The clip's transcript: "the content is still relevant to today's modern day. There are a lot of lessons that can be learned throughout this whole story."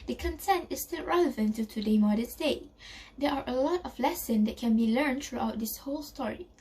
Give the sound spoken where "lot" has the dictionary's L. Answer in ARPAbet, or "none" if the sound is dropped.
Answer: L